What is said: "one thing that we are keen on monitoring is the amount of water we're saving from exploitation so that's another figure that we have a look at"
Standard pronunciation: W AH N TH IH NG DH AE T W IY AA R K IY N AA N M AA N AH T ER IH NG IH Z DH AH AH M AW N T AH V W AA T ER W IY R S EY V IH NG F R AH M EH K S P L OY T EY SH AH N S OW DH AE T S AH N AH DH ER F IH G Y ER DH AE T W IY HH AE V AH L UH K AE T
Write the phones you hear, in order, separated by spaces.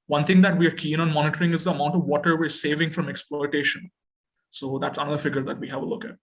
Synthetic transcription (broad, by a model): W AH N T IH NG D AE T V IY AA R K IY N AA N M AA N AH T ER IH NG IH Z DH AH AH M AW N T AH V AA T ER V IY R S EY V IH NG F R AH M EH K S P L OY T EY SH AH N S OW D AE T S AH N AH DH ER F IH G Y ER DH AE T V IY HH AE V AH L UH K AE T